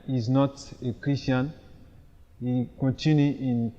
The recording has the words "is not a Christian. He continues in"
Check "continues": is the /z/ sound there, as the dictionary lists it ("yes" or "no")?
no